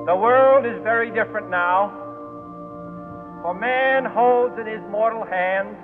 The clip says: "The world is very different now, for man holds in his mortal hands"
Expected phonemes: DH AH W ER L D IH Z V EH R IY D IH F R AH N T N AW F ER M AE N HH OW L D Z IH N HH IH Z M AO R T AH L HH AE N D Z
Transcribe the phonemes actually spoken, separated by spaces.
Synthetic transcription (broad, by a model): DH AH W ER L D IH Z V EH R IY D IH F R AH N N AW F ER M AE N HH OW L D Z IH N IH Z M AO R T L HH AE N D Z